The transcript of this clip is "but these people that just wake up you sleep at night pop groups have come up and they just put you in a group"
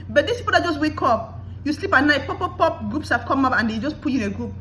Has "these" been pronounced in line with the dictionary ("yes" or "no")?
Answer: no